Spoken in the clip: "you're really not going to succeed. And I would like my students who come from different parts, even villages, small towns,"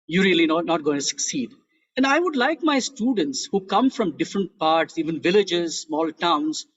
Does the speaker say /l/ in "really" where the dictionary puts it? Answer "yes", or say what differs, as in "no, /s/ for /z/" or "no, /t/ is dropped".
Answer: no, /n/ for /l/